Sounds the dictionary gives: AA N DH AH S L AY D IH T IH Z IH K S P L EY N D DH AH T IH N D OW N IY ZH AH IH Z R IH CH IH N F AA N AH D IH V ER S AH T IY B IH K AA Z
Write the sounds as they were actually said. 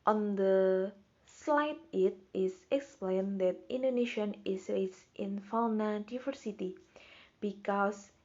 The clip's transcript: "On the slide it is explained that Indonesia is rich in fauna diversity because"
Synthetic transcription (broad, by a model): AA N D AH S L AY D IH T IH S IH K S P L EY N D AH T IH N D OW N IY SH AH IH S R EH S IH N F AA N AH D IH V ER S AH T IY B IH K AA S